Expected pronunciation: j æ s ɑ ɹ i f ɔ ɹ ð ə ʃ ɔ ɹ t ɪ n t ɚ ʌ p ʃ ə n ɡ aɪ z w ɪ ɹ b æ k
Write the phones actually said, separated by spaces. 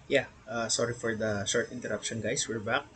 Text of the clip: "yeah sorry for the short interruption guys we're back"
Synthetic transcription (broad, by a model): j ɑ s ɑ ɹ i f ɔ ɹ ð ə ʃ ɔ ɹ t ɪ n t ɚ ʌ p ʃ ə n ɡ aɪ s w ɪ ɹ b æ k